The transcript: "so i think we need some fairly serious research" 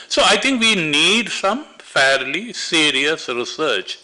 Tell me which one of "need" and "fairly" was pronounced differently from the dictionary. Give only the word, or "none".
none